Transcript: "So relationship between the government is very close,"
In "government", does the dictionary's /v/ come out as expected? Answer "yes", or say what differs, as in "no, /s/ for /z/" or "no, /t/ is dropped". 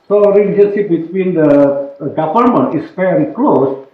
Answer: no, /p/ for /v/